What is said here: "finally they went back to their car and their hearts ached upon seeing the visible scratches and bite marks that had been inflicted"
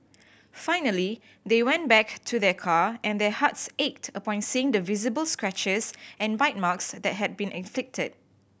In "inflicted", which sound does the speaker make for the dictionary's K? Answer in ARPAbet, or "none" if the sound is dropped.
K